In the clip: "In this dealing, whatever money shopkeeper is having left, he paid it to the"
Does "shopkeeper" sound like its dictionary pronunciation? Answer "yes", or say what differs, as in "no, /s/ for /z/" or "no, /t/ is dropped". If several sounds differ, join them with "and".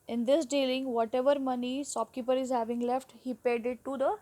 no, /s/ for /ʃ/